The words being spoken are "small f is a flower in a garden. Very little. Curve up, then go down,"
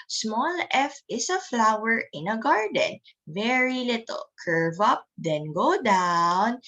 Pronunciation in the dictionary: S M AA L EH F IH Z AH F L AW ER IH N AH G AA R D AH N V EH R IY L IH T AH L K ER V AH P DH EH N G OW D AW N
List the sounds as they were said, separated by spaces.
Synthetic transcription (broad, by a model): S M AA L EH F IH S AH F L AW ER IH N AH G AA R D AH N V EH R IY L IH T AH L K ER V AH P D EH N G OW D AW N